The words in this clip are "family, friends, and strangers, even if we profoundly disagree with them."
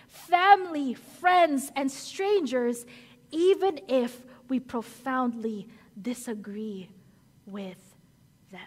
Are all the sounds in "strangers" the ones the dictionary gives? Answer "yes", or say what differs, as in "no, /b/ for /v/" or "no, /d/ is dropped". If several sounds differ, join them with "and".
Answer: yes